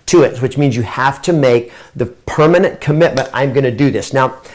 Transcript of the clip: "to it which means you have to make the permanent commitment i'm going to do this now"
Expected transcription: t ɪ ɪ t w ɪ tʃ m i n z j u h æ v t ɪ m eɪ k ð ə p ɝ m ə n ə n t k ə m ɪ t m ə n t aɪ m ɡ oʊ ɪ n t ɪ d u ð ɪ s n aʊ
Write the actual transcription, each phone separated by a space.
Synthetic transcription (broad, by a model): t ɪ ɪ t w ɪ tʃ m i n z j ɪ h æ f t ɪ m eɪ k ð ə p ɝ m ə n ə n k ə m ɪ t m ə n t aɪ m ɡ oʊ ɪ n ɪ d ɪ ð ɪ s n aʊ